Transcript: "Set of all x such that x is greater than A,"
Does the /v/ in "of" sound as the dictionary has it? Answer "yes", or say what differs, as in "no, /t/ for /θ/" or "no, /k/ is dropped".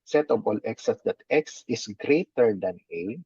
no, /b/ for /v/